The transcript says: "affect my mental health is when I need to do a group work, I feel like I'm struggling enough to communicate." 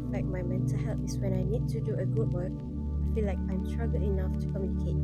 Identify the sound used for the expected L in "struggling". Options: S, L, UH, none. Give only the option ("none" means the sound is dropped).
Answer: none